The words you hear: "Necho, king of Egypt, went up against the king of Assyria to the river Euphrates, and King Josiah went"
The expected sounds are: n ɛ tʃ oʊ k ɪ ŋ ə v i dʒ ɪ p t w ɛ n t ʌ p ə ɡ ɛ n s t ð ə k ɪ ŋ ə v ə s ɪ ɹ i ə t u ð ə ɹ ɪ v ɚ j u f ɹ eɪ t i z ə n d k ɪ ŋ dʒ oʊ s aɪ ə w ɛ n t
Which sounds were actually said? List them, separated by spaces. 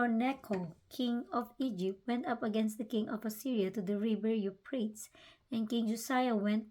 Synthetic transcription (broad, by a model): n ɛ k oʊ k ɪ ŋ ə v i dʒ ɪ p t w ɛ n t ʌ p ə ɡ ɛ n s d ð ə k ɪ ŋ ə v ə s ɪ ɹ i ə t u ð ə ɹ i b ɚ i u p ɹ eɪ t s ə n k ɪ ŋ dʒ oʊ s aɪ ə w ɛ n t